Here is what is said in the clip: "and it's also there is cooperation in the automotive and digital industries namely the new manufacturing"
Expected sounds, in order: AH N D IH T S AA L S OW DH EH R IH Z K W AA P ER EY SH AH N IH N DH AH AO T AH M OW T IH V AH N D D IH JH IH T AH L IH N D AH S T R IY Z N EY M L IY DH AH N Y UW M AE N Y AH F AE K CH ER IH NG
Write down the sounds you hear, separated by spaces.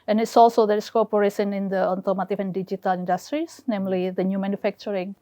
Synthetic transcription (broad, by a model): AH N IH T S AA L S OW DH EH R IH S K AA P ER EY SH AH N IH N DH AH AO T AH M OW T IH F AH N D D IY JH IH T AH L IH N D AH S T R IY S N EY M L IY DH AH N Y UW M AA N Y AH F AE K CH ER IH NG